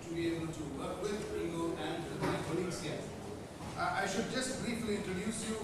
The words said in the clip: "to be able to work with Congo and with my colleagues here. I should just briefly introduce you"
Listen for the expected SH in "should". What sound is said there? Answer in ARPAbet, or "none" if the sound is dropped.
SH